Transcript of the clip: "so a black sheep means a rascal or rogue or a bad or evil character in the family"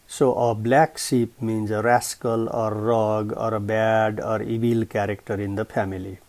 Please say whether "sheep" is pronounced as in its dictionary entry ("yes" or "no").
no